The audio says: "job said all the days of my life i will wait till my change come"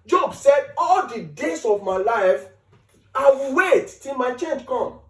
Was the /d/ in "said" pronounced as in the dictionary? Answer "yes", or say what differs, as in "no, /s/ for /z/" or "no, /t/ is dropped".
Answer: yes